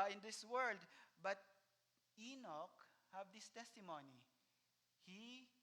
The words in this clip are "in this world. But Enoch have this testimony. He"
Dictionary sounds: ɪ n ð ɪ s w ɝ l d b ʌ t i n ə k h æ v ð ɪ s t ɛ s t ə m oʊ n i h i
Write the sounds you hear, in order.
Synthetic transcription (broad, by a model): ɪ n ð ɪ s w ɝ l d b ʌ t i n ə k h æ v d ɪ s t ɛ s t ə m oʊ n i h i